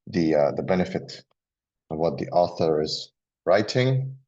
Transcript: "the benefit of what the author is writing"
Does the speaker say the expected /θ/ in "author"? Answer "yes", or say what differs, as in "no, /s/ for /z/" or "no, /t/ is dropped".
yes